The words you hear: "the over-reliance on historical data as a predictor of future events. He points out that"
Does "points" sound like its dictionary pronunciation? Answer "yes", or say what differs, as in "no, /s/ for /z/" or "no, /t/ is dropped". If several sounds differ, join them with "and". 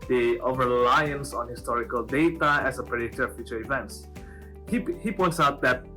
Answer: yes